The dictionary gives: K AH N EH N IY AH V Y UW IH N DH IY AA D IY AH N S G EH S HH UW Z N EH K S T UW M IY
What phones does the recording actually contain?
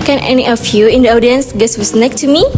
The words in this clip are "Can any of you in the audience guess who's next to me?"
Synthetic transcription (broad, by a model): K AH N EH N IY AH F Y UW IH N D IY AA D IY AH N S G EH S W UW S N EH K T UW M IY